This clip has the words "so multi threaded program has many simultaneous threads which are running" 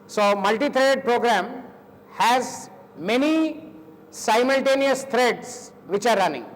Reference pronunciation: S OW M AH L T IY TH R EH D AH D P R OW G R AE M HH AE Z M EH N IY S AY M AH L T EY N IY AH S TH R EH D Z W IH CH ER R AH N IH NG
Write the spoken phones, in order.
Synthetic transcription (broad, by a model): S OW M AH L T IY T R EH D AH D P R OW G R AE M HH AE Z M EH N IY S AY M AH L T EY N IY AH S T R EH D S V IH CH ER R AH N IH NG